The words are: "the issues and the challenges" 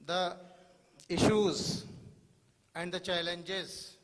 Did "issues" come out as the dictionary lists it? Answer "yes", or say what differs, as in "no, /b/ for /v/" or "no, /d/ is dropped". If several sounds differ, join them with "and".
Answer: yes